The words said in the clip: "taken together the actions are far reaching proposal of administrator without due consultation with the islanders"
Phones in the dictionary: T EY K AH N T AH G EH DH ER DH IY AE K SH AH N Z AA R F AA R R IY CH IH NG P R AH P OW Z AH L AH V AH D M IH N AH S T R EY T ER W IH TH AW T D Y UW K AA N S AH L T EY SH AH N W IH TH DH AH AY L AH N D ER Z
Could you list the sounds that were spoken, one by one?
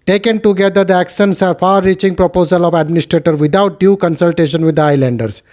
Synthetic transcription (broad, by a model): T EY K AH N T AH G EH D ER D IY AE K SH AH N S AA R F AA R R IY CH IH NG P R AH P OW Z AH L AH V AH D M IH N AH S T R EY T ER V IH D AW T D Y UW K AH N S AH L T EY SH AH N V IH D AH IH L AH N D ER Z